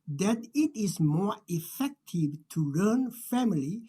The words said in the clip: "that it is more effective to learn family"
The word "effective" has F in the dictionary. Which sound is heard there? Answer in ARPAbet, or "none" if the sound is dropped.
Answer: F